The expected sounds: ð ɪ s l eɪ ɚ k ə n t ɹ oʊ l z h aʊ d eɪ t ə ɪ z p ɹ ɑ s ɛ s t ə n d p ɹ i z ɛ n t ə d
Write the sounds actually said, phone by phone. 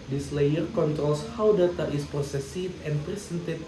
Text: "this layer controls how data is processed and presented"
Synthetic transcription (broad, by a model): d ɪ s l eɪ ɚ k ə n t ɹ oʊ l s h aʊ d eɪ t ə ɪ s p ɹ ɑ s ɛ s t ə n p ɹ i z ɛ n t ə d